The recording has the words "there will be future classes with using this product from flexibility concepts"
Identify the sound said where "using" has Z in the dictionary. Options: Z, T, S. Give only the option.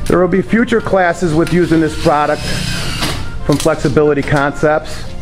Z